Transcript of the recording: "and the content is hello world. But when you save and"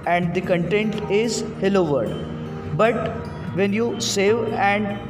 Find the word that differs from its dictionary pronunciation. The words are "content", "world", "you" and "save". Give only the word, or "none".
world